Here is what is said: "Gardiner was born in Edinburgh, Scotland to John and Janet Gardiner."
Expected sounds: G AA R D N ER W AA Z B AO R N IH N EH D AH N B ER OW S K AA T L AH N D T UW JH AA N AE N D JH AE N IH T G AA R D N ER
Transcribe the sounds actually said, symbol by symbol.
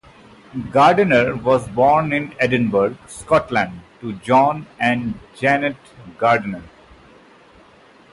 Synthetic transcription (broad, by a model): G AA R D N ER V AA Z B AO R N IH N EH D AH N B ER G S K AA T L AH N D T UW JH AA N AE N D JH AE N IH T G AA R D N ER